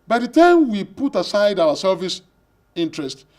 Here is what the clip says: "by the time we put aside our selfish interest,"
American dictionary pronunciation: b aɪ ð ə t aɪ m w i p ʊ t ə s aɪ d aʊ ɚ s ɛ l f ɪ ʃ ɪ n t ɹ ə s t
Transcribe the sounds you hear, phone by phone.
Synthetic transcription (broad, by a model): b aɪ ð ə t aɪ m w i p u t ə s aɪ d aʊ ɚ s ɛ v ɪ s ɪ n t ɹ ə s t